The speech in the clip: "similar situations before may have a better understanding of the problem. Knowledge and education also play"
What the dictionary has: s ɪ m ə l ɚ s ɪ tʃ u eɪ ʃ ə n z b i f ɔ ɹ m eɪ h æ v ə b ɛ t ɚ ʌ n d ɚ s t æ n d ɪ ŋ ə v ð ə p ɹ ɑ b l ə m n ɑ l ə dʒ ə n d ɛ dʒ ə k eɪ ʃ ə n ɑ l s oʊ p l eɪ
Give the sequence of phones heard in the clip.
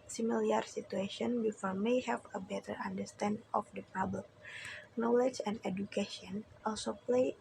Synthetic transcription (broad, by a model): s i m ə l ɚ s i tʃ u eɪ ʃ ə n b i f ɔ ɹ m eɪ h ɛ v ə b ɛ t ɚ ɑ n d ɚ s t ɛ n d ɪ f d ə p ɹ ɑ b l ə m n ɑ l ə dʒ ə n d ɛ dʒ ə k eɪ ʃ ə n ɑ l s oʊ p l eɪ